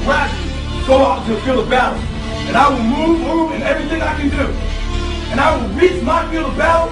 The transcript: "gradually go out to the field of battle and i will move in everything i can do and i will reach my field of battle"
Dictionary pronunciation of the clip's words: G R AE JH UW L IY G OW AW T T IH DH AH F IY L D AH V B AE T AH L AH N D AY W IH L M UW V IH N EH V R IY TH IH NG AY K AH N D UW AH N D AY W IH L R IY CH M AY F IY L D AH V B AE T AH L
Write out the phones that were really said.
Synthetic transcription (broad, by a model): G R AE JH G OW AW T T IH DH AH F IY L AH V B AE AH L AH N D AY W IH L M UW V IH N EH V R IY TH IH NG AY K AH N D UW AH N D AY W IH L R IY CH M AY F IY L AH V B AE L